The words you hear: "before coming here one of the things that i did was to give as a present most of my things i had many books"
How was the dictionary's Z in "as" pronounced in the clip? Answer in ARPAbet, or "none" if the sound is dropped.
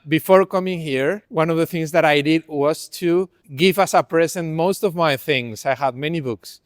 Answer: S